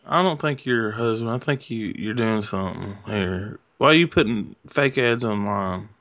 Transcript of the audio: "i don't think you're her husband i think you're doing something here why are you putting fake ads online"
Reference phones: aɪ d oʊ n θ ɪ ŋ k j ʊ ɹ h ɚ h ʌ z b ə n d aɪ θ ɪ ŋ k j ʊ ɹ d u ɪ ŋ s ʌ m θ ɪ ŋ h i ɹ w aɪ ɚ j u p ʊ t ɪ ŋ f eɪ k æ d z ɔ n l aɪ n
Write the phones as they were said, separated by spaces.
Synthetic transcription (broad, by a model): aɪ d oʊ n θ ɪ ŋ k j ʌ ɹ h h ʌ z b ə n aɪ θ ɪ ŋ k j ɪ ɹ d u ɪ ŋ s ʌ m θ ɪ ŋ h i ɹ w aɪ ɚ j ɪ p ʊ t ɪ ŋ f eɪ k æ d z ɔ n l aɪ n